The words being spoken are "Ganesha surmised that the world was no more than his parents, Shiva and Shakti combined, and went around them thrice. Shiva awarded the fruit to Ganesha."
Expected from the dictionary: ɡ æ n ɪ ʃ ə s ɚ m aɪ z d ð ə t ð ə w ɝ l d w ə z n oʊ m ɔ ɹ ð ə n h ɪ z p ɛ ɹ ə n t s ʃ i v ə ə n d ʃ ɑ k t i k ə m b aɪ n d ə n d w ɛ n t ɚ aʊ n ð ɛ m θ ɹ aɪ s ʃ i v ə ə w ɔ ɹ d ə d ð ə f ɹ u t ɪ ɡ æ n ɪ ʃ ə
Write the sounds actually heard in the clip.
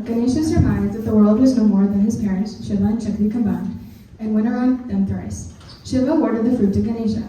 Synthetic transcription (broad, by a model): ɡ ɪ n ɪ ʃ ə s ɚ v aɪ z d ð ə t ð ə w ɝ l d w ə z n oʊ m ɔ ɹ ð ə n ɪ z p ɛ ɹ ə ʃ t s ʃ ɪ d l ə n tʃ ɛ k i k ə m b aɪ n d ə n w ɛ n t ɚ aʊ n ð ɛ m θ ɹ aɪ s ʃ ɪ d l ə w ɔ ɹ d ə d ð ə f ɹ u t ɪ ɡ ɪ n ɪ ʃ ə